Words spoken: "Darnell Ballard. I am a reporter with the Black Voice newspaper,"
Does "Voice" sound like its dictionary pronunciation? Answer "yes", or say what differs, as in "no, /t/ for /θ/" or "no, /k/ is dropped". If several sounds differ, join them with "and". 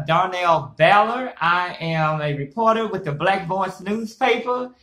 no, /b/ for /v/